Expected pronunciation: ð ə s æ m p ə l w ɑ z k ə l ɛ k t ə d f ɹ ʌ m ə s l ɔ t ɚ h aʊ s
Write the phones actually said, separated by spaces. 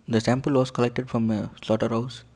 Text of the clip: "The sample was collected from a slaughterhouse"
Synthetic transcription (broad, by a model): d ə s æ m p ə l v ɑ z k ə l ɛ k t ə d f ɹ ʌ m ə s l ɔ t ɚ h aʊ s